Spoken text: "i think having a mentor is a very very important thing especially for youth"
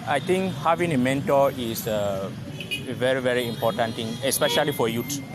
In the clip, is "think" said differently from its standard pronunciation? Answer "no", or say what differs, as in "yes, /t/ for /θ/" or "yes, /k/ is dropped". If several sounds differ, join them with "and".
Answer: yes, /t/ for /θ/